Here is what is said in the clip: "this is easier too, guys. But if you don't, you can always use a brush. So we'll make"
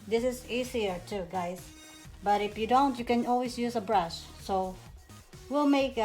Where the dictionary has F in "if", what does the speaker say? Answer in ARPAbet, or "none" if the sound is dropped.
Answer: F